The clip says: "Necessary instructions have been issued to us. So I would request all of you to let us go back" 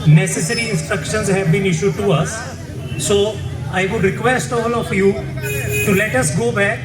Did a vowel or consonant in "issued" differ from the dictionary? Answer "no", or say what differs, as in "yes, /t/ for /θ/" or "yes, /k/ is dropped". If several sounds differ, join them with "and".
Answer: no